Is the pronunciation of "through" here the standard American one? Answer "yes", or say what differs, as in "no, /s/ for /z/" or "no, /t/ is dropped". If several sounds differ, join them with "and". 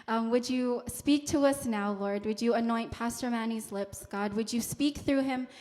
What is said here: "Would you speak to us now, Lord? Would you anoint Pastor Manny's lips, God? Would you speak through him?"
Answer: yes